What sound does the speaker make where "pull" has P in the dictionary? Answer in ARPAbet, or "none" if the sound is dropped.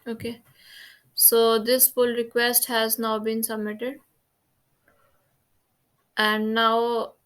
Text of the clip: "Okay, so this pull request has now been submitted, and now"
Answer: F